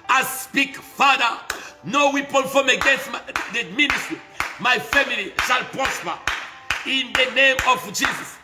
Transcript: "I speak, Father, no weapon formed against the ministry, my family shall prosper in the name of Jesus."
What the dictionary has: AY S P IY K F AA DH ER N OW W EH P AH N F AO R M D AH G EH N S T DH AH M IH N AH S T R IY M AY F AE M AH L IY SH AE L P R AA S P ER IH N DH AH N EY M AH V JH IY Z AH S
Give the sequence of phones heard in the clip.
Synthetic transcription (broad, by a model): AY S P IY K F AA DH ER N OW W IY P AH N F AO M AH G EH N S T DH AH M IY N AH S T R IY M AY F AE M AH L IY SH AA L P R AA S P ER IH N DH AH N EY M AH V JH IY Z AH S